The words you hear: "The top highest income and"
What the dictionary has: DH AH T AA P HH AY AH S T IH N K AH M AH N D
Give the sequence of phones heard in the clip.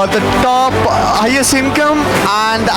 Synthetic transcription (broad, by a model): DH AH T AA P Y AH S IH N K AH M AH N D